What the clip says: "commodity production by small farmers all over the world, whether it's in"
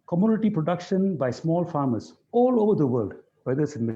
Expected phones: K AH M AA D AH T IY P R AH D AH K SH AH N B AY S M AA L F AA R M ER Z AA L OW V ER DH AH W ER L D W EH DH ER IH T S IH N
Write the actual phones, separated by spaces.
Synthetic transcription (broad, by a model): K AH M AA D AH T IY P R AH D AH K SH AH N B AY S M AA L F AA R M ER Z AA L OW V ER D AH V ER L D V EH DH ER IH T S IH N